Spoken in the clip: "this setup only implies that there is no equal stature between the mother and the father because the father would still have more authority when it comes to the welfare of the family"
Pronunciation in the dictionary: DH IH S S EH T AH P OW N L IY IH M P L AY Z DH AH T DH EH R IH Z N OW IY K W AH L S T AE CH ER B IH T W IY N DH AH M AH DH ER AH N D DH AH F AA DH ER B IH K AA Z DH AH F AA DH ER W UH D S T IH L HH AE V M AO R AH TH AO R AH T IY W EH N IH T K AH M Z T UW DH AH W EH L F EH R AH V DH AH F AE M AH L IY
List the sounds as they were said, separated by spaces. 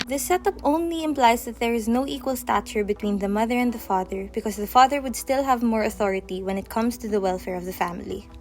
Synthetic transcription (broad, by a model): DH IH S S EH T AH P OW N L IY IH M P L AY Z DH AH T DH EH R IH Z N OW IY K W AH L S T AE CH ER B IH T W IY N DH AH M AH DH ER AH N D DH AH F AA DH ER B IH K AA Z DH AH F AA DH ER W UH D S T IH L HH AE V M AO R AH TH AO R AH T IY W EH N IH T K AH M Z T UW DH AH W EH L F EH R AH V DH AH F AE M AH L IY